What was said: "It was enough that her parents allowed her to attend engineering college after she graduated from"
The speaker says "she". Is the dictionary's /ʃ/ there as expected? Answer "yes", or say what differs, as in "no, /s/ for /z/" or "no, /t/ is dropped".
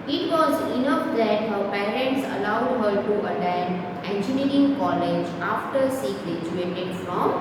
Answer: no, /s/ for /ʃ/